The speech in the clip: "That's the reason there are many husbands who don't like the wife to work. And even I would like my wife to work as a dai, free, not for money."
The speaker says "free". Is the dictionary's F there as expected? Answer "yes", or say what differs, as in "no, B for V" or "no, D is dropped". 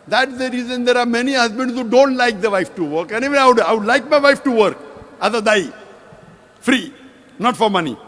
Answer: yes